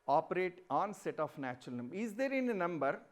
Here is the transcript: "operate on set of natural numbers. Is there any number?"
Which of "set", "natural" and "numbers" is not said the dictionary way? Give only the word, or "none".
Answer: numbers